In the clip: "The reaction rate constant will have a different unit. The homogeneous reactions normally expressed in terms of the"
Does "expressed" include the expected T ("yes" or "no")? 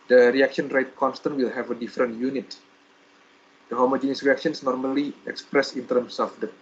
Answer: no